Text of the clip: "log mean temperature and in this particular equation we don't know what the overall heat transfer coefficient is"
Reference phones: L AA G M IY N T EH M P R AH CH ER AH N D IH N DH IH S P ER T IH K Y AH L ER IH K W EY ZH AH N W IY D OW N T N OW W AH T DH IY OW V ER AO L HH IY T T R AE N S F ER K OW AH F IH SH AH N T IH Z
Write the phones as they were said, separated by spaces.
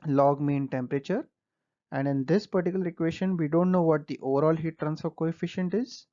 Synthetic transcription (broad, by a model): L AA G M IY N T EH M P R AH CH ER AH N D IH N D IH S P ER T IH K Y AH L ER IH K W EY SH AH N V IY D OW N T N OW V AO T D IY OW V ER AO L HH IY T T R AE N S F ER K OW AH F IH SH AH N T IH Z